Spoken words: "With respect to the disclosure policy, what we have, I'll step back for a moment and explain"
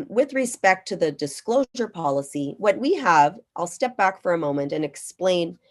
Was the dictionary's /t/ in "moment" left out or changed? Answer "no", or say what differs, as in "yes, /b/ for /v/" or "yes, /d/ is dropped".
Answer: no